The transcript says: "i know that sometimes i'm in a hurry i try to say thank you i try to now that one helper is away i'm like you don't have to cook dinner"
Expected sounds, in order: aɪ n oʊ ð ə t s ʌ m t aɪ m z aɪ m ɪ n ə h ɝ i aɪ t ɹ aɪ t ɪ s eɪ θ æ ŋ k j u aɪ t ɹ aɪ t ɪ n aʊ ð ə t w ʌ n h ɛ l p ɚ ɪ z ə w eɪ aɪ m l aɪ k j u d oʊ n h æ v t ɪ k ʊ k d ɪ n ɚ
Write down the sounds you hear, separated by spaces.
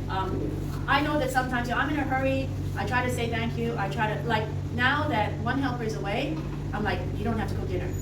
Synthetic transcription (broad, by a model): aɪ n oʊ ð ə t s ʌ m t aɪ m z aɪ m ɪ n ə h ɝ i aɪ t ɹ aɪ t ɪ s eɪ θ æ ŋ k j u aɪ t ɹ aɪ t ɪ n aʊ ð ə t w ʌ n h ɛ l p ɚ ɪ z ə w eɪ aɪ m l aɪ k j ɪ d oʊ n h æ f t ɪ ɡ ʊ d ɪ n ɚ